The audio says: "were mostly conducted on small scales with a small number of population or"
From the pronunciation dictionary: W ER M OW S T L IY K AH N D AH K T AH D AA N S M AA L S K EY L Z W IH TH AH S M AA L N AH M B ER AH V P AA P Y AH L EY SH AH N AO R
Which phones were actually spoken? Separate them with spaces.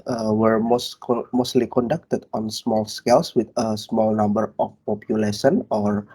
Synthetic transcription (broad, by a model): W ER M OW S S L IY K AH N D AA K T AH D AA N S M AA L S K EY L S W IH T AH S M AA L N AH M B ER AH F P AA P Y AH L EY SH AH N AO R